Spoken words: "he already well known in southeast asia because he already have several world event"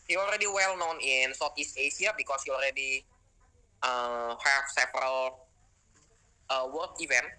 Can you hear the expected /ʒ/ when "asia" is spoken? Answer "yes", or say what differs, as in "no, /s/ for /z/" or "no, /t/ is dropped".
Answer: no, /s/ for /ʒ/